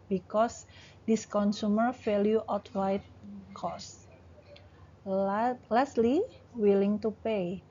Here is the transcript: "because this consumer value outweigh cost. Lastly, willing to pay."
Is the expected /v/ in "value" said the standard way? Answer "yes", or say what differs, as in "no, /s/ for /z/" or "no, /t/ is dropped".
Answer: no, /f/ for /v/